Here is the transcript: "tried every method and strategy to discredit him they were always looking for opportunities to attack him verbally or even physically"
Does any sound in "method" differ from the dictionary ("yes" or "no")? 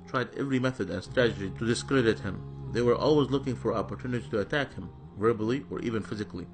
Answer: no